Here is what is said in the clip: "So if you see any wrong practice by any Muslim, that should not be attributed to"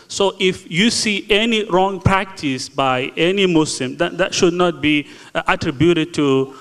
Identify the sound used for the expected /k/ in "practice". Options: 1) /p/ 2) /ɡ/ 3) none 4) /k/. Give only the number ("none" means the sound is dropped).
4